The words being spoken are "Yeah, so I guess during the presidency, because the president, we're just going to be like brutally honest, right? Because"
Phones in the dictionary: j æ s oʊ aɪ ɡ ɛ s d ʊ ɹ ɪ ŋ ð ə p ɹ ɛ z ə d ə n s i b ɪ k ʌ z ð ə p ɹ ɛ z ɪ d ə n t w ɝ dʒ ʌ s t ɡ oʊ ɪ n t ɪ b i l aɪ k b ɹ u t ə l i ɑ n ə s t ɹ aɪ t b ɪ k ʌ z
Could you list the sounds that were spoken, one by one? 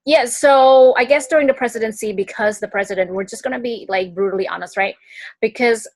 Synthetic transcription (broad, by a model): j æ s oʊ aɪ ɡ ɛ s d ʊ ɹ ɪ ŋ ð ə p ɹ ɛ z ə d ə n s i b ɪ k ʌ z ð ə p ɹ ɛ z ɪ d ə n t w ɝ dʒ ʌ s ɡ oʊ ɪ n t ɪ b i l aɪ k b ɹ u t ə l i ɑ n ə s t ɹ aɪ t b ɪ k ʌ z